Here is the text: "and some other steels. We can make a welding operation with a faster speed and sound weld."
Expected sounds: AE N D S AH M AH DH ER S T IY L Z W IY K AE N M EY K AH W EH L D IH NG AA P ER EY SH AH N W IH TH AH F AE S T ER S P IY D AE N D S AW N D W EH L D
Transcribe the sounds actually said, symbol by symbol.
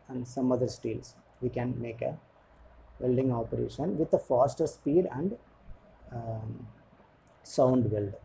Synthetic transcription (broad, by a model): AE N D S AH M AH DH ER S T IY L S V IY K AE N M EY K AH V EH L D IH NG AA P ER EY SH AH N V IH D AH F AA S T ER S P IY D AE N D S AW N D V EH L D